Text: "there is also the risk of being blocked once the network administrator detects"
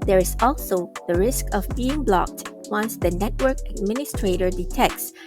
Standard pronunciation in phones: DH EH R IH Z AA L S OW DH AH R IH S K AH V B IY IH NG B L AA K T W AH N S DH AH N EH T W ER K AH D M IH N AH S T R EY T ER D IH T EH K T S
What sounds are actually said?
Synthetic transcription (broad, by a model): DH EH R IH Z AA L S OW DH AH R IH S K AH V B IY IH NG B L AA K T W AH N S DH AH N EH T W ER K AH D M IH N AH S T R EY T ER D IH T EH K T S